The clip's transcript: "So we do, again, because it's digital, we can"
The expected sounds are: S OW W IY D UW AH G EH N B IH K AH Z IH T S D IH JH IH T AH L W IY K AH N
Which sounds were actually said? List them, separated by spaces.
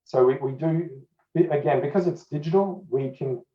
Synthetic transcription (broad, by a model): S OW W IY D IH AH G EH N B IH K AH Z IH T S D IH JH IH T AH L W IY K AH N